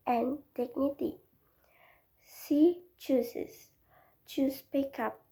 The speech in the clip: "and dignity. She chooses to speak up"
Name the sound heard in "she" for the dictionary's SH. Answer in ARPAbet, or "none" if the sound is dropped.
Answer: S